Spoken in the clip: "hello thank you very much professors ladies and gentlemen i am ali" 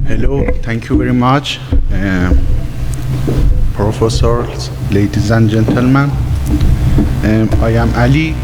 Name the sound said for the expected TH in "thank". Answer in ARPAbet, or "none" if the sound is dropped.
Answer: T